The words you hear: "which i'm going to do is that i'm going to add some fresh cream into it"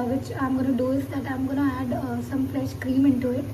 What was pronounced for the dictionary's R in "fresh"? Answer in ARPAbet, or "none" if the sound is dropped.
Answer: L